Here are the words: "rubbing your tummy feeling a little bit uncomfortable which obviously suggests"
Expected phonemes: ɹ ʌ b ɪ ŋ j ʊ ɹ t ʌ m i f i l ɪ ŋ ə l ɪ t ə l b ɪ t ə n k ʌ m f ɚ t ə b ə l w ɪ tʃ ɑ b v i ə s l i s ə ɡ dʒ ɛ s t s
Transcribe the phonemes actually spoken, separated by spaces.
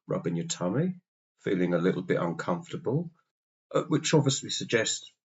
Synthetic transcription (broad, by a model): ɹ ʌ b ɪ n j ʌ t ʌ m i f i l ɪ ŋ ə l ɪ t l b ɪ t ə n k ʌ m f t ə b ə l w ɪ tʃ ɑ v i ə s l i s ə ɡ dʒ ɛ s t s